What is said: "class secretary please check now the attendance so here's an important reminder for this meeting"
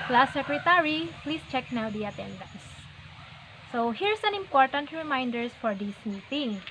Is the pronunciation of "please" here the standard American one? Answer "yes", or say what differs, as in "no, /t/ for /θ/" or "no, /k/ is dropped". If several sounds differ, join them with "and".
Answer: no, /s/ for /z/